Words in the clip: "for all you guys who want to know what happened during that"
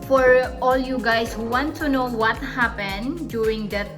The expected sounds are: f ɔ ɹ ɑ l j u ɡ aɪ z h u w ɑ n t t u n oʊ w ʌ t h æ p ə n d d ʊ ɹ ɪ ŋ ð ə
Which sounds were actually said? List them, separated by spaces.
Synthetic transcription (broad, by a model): f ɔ ɹ ɑ l j u ɡ aɪ s h u w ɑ n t t u n oʊ w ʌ t h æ p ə n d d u ɹ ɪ ŋ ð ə